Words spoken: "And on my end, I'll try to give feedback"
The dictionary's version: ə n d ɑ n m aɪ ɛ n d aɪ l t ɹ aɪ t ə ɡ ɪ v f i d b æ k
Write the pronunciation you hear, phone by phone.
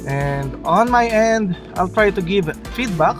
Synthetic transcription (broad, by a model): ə n d ɑ n m aɪ ɛ n d aɪ l t ɹ aɪ t ə ɡ ɪ v f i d b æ k